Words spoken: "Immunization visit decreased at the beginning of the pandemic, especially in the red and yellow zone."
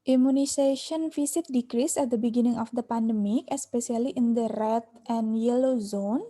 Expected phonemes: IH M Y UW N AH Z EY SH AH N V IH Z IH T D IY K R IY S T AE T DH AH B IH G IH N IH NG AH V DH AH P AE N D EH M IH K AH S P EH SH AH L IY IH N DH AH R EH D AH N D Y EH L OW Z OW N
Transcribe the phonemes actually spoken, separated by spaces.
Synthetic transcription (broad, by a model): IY M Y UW N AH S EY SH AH N F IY S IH T D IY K R IY S EH T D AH B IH G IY N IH NG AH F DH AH P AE N D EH M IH K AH S P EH S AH L IY IH N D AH R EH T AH N Y EH L OW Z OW N